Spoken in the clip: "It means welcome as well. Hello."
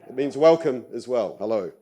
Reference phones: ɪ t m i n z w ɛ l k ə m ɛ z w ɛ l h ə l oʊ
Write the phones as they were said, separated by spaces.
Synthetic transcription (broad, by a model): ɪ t m i n z w ɛ l k ə m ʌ z w ɛ l h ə l oʊ